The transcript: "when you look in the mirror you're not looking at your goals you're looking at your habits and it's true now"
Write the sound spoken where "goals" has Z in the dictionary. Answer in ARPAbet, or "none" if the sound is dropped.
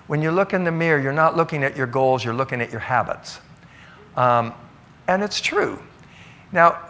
Z